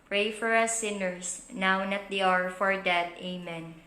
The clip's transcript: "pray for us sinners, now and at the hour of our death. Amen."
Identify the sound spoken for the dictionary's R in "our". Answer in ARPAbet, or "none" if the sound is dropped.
R